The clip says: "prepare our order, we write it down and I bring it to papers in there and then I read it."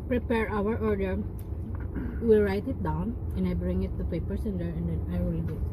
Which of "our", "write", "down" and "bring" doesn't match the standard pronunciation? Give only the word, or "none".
none